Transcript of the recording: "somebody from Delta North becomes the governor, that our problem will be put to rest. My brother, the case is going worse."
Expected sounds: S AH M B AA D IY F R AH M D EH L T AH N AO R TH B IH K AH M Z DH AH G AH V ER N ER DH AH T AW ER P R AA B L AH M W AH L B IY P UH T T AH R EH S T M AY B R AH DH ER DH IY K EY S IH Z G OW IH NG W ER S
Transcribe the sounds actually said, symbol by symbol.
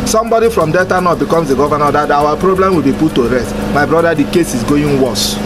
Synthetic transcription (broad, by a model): S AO M B AA D IY F R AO M D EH T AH N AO B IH K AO M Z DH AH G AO V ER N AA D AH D AW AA P R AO B L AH M W AH L B IY P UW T T AH R EH S T M AY B R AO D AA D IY K EY S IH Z G OW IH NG W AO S